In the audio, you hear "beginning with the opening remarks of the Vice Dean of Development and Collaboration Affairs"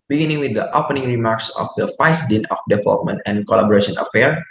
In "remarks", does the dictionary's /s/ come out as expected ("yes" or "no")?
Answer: yes